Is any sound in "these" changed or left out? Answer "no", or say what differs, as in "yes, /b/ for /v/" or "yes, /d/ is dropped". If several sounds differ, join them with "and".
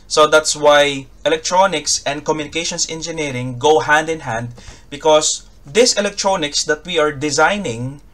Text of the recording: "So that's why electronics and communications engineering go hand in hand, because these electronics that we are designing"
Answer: yes, /s/ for /z/